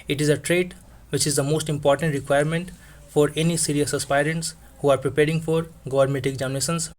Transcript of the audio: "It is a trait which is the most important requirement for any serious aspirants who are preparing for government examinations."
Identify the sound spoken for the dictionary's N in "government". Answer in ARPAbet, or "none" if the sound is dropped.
none